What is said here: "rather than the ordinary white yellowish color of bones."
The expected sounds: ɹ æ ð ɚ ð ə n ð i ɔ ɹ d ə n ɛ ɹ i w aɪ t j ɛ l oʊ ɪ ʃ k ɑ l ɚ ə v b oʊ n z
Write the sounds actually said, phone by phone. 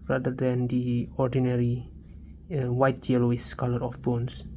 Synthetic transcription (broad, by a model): ɹ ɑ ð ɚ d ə n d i ɔ ɹ d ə n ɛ ɹ i w aɪ t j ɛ l oʊ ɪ s k ɑ l ɚ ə f b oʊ n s